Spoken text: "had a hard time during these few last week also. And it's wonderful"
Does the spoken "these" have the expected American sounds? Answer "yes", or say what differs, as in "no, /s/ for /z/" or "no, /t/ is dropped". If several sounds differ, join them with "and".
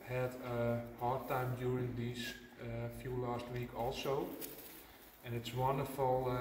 no, /s/ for /z/